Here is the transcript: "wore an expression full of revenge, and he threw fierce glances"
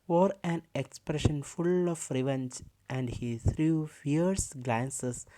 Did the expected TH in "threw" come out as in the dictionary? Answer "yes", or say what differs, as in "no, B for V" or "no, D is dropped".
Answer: no, T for TH